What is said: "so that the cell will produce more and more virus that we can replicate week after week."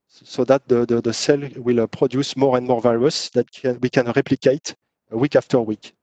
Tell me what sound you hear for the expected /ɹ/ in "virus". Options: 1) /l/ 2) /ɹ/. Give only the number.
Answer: 1